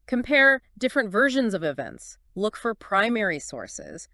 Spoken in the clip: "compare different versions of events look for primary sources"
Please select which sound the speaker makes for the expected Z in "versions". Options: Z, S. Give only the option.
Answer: Z